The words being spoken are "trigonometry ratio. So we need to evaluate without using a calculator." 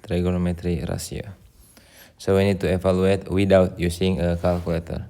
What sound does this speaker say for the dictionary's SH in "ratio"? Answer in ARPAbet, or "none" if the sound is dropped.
S